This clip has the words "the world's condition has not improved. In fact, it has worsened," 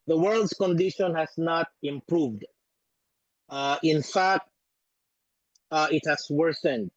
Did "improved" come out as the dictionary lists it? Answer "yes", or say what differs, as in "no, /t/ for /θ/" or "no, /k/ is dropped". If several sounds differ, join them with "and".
yes